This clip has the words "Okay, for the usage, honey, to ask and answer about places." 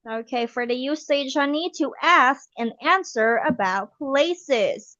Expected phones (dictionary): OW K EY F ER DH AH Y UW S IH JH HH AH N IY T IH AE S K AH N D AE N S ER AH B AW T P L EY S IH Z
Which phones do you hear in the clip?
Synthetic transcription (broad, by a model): OW K EY F ER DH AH Y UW S IH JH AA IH N IY T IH AE S K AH N AE N S ER AH B AW T P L EY S IH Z